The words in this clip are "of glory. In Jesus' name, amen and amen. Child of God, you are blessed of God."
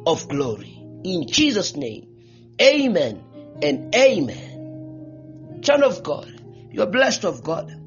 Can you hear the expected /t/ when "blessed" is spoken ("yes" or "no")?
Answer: yes